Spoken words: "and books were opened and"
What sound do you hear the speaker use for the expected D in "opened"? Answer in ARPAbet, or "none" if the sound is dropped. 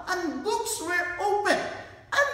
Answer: none